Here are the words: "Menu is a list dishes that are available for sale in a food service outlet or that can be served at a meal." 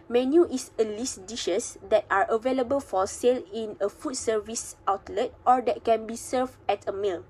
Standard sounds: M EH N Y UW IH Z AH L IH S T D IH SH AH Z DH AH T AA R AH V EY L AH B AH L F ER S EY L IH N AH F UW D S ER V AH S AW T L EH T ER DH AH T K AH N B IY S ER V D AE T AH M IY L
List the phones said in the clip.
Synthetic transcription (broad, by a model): M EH N Y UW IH S AH L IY S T D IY SH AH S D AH T AA R AH V EY L AH B AH L F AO S EY L IH N AH F UW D S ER V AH S AW T L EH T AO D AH T K AH N B IY S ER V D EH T AH M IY L